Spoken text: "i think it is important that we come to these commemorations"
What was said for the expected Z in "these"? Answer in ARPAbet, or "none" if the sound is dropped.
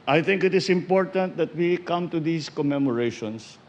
S